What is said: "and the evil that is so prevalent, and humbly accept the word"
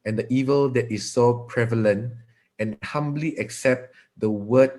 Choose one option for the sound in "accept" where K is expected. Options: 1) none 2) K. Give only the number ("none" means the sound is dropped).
2